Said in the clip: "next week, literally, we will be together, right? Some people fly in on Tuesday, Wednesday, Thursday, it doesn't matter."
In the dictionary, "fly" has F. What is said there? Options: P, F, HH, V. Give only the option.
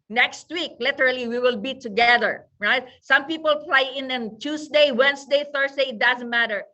P